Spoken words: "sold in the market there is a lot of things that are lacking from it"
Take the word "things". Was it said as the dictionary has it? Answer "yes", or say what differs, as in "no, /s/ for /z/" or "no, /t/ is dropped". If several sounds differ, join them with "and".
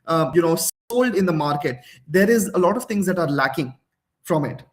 no, /t/ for /θ/